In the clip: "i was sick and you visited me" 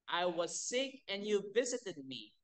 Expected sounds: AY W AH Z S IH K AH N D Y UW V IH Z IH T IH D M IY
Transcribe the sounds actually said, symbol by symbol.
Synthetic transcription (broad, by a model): AY W AH Z S IH K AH N Y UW V IH Z IH T IH D M IY